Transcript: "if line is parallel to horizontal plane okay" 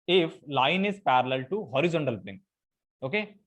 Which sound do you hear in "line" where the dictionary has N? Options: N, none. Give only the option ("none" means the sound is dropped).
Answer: N